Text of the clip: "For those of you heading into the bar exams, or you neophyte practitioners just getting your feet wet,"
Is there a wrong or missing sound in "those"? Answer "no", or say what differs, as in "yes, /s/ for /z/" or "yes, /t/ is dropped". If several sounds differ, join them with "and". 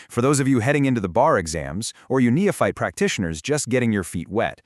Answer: no